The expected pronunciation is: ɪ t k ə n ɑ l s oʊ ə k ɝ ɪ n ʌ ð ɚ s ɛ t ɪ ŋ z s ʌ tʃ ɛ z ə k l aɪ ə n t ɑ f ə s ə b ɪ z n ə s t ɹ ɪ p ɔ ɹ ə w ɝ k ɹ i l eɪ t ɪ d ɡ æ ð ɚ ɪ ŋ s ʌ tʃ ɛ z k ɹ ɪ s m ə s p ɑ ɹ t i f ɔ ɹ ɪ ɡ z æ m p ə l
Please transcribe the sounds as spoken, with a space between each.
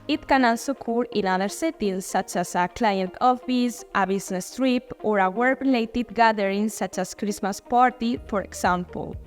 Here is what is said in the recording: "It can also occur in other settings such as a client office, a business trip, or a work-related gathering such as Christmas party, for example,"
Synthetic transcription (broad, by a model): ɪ t k ə n ɑ l s oʊ k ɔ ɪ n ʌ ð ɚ s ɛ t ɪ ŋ s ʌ tʃ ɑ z ə k l aɪ ə n t ɑ f ə s ə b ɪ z n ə s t ɹ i p ɔ ɹ ə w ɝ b ɹ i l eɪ t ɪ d ɡ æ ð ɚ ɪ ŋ s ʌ tʃ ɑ s k ɹ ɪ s m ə s p ɑ ɹ t i f ɔ ɹ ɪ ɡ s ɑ m p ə l